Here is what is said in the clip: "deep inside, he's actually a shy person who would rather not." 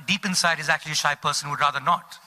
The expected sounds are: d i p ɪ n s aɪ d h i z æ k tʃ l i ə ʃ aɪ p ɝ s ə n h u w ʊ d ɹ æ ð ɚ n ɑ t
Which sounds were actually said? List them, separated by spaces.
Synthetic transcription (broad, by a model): d i p ɪ n s aɪ d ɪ z æ k tʃ l i ə ʃ aɪ p ɝ s ə n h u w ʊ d ɹ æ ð ɚ n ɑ t